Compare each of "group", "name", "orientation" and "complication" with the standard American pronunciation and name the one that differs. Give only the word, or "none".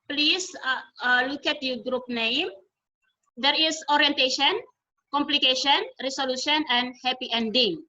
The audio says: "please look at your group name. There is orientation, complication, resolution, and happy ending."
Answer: none